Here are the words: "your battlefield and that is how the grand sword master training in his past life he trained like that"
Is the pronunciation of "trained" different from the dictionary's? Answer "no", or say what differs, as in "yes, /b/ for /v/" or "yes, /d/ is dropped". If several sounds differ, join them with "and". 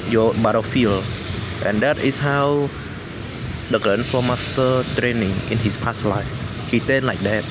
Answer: yes, /ɹ/ is dropped